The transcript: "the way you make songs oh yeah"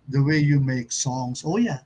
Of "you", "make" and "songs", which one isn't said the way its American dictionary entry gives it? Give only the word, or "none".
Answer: songs